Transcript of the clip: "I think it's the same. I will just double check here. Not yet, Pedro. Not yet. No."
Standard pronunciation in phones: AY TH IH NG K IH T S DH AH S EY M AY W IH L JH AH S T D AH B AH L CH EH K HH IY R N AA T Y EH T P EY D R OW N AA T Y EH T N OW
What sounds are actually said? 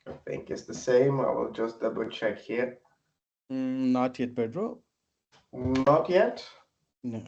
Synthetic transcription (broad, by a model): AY TH IH NG K IH T S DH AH S EY M AY W IH L JH AH S T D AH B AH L CH EH K HH IY R N AA T Y EH T B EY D R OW N AA T Y EH T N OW